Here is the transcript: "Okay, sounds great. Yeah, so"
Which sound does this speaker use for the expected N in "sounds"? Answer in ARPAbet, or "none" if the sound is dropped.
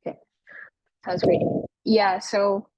none